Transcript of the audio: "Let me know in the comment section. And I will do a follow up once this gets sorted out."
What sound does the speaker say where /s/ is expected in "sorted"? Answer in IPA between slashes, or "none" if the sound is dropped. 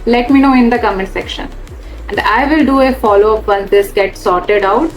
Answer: /s/